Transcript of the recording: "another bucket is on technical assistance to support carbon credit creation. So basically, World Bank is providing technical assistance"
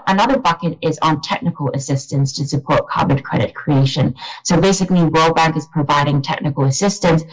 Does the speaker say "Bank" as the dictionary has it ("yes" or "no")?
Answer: yes